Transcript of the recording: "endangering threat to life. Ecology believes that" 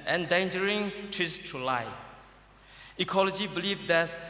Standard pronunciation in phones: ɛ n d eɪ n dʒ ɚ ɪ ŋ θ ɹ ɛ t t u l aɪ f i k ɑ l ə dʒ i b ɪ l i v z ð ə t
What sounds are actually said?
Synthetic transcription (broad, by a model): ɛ n d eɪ n dʒ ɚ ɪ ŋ t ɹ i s t u l aɪ i k ɑ l ə dʒ i b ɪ l i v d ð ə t